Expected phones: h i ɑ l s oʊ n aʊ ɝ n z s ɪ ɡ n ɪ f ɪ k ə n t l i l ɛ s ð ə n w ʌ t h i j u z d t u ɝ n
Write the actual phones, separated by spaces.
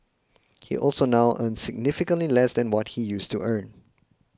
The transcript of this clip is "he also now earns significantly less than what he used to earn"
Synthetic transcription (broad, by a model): h i ɑ l s oʊ n aʊ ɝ n s ɪ ɡ n ɪ f ɪ k ə n t l i l ɛ s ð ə n w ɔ t h i j u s t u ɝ n